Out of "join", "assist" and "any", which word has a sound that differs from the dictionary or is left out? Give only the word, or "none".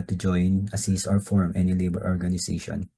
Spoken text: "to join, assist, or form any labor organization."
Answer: assist